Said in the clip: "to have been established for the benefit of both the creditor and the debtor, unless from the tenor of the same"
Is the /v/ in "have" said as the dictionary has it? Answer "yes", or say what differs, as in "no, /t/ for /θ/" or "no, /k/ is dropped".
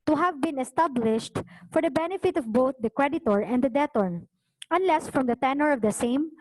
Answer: yes